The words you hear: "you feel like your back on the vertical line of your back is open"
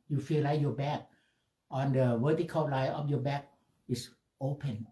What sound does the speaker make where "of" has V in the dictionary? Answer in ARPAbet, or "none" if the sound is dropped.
F